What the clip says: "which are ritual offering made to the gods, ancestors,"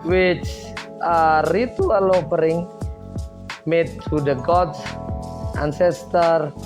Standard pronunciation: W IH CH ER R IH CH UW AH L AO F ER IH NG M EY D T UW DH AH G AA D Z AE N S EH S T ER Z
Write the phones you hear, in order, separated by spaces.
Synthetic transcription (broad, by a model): W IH CH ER R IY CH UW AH L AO P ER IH NG M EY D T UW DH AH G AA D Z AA N S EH S T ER